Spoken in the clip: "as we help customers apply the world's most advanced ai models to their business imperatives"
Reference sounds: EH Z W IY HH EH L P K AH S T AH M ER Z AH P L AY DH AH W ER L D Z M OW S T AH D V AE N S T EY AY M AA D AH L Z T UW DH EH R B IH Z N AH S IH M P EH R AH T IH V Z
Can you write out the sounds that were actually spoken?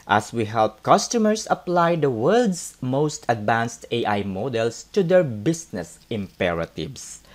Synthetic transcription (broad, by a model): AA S W IY HH EH L P K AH S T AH M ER S AH P L AY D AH W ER L D S M OW S T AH D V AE N S T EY AY M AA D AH L S T UW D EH R B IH S N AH S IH M P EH R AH T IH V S